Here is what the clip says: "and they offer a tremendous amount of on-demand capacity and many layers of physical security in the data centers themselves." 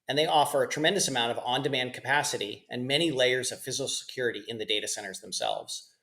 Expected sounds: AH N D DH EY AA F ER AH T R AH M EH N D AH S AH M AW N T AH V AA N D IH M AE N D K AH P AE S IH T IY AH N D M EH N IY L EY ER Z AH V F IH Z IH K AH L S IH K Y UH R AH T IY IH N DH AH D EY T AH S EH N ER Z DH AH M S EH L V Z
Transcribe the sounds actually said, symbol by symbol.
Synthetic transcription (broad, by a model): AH N DH EY AA F ER AH T R AH M EH N D AH S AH M AW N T AH V AA N D IH M AE N D K AH P AE S IH T IY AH N M EH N IY L EY ER Z AH V F IH Z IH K L S IH K Y UH R AH T IY IH N DH AH D EY T AH S EH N ER Z DH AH M S EH L V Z